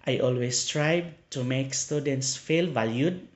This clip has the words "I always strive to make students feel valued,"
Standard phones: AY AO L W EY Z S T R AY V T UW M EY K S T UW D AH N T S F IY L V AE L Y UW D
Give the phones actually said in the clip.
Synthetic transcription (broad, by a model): AY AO L W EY S T R AY B T UW M EY K S T UW D AH N T S F IY L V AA L Y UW D